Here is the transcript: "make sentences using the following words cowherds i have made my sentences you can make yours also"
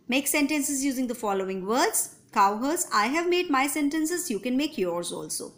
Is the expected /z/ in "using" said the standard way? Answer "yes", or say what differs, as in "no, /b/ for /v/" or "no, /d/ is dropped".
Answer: yes